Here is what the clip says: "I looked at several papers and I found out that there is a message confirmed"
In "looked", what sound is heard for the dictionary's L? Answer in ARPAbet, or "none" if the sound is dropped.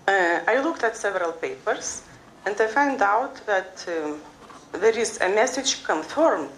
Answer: L